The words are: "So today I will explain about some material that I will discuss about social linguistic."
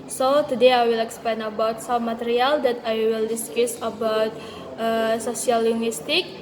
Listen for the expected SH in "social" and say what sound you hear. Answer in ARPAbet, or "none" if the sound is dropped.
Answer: S